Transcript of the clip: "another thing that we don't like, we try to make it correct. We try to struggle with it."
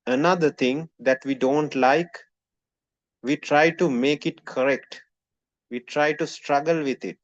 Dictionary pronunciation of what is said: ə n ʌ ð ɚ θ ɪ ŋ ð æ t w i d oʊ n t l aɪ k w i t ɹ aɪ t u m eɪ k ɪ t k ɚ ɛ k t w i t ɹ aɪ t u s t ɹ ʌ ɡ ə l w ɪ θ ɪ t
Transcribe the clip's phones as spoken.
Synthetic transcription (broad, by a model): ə n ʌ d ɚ t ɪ ŋ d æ t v i d oʊ n t l aɪ k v i t ɹ aɪ t u m eɪ k ɪ t k ɚ ɛ k t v i t ɹ aɪ t u s t ɹ ʌ ɡ ə l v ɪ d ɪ t